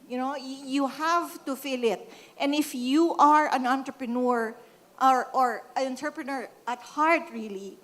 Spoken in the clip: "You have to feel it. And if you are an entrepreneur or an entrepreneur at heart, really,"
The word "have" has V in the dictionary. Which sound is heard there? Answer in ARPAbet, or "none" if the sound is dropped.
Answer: V